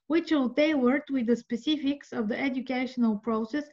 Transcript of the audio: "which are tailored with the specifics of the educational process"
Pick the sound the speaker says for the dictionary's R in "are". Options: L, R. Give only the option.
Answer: L